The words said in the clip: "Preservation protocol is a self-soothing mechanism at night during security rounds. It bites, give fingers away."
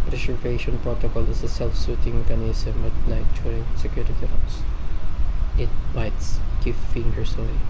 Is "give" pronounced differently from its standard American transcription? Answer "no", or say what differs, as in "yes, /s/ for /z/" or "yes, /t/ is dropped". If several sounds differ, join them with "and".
yes, /f/ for /v/